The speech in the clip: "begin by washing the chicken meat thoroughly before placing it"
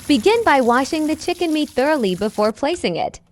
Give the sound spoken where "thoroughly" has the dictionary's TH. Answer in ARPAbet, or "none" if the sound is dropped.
TH